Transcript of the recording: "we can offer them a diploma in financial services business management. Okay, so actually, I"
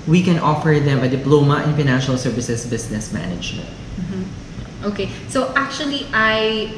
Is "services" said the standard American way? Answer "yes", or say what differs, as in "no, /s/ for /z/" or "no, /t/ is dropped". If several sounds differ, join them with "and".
no, /s/ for /z/